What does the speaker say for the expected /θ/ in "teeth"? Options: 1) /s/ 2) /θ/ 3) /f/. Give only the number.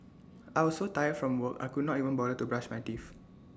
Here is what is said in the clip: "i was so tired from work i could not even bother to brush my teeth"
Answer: 3